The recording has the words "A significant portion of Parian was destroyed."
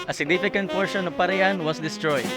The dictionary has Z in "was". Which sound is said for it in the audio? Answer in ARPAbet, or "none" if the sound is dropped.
S